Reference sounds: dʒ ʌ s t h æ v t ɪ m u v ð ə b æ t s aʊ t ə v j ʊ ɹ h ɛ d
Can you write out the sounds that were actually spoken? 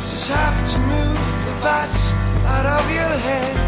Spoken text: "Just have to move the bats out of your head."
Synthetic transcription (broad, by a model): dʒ ʌ s t h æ p t ɪ m u v ð ə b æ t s aʊ t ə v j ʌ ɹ h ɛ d